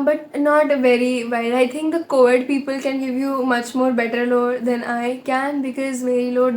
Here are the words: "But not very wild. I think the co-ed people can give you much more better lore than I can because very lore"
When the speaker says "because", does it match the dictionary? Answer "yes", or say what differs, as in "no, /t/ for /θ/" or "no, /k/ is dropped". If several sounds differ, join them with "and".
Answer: yes